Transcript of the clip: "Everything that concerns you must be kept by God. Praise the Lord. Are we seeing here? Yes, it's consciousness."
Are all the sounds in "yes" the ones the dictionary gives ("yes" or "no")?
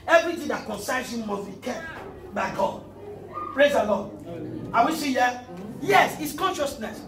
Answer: yes